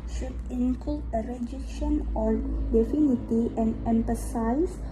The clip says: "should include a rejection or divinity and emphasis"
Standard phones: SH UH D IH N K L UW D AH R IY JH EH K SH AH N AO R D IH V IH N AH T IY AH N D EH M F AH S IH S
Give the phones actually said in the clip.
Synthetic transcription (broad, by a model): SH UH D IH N K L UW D AH R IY JH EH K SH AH N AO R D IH F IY N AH T IY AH N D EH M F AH S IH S